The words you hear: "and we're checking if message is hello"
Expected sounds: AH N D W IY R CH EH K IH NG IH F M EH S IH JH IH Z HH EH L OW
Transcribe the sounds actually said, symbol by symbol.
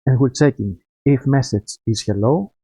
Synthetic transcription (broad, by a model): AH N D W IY L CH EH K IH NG IH F M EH S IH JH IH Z HH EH L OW